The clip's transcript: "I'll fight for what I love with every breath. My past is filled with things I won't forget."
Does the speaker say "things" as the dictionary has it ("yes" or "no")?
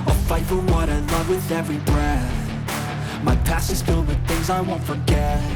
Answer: yes